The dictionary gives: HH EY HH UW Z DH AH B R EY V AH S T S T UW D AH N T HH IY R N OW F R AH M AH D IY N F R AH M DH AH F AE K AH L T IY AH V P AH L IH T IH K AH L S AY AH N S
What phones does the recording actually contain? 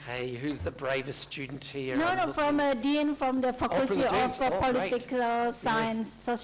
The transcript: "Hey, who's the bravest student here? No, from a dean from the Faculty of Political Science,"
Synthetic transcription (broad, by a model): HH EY HH UW Z DH AH B R EY V AH S T S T UW D N T HH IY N N OW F R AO M AH D IY N F R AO M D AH F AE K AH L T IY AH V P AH L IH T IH K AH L S AY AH N S